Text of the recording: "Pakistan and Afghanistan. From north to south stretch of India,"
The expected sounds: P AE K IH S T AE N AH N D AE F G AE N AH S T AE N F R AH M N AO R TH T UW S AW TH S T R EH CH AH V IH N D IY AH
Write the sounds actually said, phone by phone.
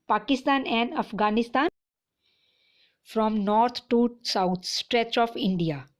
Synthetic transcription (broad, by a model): P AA K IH S T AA N AH N D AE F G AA N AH S T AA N F R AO M N AO R T T UW S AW T S T R EH CH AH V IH N D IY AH